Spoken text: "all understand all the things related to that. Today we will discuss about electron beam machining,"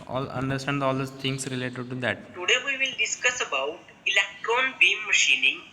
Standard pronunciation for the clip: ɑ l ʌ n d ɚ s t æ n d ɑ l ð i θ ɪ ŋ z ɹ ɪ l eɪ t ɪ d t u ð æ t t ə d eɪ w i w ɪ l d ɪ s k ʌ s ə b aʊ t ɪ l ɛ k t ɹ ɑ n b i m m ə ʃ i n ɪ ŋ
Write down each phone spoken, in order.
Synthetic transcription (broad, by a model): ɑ l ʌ n d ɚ s t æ n d ɑ l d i t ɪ ŋ s ɹ ɪ l eɪ t ɪ d t u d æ t t ə d eɪ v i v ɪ l d ɪ s k ʌ s ə b aʊ t ɪ l ɛ k t ɹ ɑ n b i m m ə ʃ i n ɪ ŋ